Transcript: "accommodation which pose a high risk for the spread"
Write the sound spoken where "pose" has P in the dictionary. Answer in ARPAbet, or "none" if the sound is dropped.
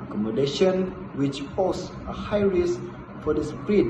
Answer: F